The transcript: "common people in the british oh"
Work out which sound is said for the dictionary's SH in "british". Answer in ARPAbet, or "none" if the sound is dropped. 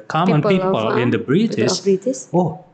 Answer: S